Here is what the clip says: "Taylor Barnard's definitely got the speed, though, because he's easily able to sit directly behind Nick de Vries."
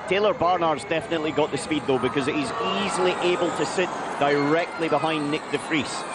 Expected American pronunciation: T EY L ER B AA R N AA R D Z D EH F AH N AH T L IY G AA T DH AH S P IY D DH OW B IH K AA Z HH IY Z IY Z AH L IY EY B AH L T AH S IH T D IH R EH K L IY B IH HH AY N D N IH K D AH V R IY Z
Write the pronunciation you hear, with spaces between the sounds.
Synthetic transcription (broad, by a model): T EY L ER B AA R N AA R Z D EH F AH N AH T L IY G AA T DH AH S P IY D DH OW B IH K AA Z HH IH Z IY Z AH L IY EY B AH L T AH S IH T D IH R EH K L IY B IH HH AY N N IH K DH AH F R IY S